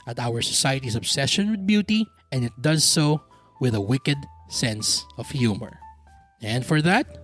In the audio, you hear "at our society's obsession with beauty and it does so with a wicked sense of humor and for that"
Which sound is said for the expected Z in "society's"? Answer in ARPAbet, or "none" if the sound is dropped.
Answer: S